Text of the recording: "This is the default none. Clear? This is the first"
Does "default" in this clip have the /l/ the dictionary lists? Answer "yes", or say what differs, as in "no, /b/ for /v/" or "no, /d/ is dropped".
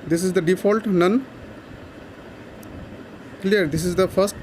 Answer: yes